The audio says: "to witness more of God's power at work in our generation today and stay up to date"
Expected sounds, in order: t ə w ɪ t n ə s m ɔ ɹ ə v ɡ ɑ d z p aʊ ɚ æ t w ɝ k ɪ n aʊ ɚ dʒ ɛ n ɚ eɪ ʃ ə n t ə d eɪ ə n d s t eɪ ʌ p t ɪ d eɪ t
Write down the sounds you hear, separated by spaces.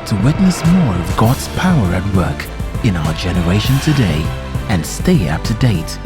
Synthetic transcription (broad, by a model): t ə w ɪ t n ə s m ɔ ɹ ə v ɡ ɑ d z p aʊ ɚ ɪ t w ɝ k ɪ n aʊ ɚ dʒ ɛ n ɚ eɪ ʃ ə n t ə d eɪ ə n s t eɪ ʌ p t ɪ d eɪ t